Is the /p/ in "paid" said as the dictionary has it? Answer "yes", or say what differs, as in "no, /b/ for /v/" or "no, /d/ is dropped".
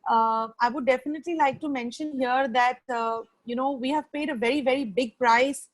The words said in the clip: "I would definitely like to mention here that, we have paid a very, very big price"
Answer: yes